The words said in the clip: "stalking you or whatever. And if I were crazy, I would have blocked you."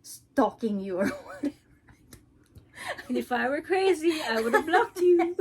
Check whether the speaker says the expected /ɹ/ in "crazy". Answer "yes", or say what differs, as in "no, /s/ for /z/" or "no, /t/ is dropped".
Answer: yes